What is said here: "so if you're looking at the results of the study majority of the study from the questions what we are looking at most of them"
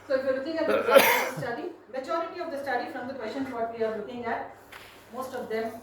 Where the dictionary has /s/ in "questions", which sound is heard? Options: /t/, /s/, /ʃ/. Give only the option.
/ʃ/